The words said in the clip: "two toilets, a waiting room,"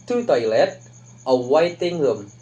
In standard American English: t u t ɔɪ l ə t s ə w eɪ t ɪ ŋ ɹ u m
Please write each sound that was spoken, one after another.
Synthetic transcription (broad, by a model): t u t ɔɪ l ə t ə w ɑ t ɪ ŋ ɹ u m